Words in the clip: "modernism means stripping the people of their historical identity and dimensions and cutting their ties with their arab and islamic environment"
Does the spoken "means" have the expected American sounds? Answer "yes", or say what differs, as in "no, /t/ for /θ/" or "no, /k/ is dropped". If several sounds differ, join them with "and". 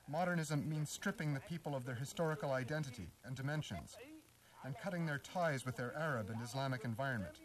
yes